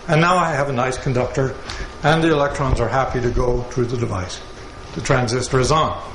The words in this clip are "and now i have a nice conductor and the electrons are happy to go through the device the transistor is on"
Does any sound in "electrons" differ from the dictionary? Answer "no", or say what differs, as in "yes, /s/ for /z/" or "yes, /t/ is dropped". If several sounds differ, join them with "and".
no